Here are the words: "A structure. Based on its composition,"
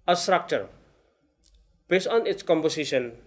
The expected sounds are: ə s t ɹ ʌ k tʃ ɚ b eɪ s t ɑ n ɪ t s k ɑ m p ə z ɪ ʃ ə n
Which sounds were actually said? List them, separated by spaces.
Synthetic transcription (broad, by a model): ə s t ɹ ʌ k tʃ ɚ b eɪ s ɑ n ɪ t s k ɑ m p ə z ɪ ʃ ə n